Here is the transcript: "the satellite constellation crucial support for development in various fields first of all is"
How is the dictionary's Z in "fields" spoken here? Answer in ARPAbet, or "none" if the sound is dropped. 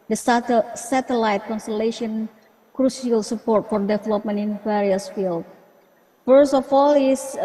none